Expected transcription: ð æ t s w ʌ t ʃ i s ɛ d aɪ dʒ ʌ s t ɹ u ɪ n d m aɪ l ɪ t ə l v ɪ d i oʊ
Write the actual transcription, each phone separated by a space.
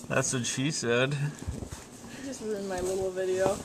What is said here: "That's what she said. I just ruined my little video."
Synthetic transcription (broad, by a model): ð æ t s w ʌ t ʃ i s ɛ d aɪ dʒ ʌ s t w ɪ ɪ n m aɪ l ɪ t l v ɪ d i oʊ